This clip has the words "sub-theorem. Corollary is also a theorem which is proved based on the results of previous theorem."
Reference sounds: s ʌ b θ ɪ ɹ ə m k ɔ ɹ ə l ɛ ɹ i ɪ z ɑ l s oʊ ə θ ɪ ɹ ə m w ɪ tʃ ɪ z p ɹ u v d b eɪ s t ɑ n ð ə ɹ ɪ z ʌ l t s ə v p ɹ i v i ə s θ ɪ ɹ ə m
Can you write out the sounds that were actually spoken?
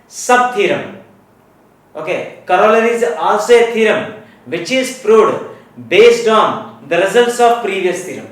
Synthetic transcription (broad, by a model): s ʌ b t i ɹ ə m k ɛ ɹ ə l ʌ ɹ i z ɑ s ə t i ɹ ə m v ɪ tʃ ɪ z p ɹ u d b eɪ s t ɑ n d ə ɹ ɪ z ʌ l t s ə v p ɹ i v i ə s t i ɹ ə m